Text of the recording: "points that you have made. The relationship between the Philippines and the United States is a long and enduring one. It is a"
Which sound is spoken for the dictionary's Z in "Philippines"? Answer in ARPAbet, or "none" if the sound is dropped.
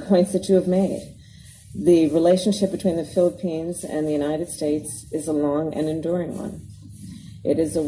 Z